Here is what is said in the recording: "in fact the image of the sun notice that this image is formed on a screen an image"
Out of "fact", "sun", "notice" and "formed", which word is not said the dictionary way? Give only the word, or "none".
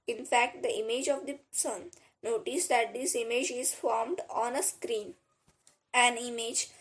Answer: none